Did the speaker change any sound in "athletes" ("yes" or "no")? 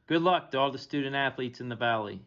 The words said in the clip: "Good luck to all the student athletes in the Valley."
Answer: no